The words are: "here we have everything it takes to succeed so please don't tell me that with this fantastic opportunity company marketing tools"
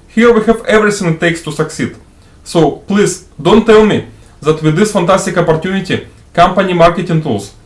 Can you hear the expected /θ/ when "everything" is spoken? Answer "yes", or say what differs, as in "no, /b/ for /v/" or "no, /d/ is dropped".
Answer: no, /s/ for /θ/